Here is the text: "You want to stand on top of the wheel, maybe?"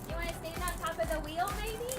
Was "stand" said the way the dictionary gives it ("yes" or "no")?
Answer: no